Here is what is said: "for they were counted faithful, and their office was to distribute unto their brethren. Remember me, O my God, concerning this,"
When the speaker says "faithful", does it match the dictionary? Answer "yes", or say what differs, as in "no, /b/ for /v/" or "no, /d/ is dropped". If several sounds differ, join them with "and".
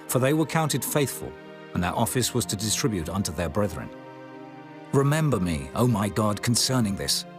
yes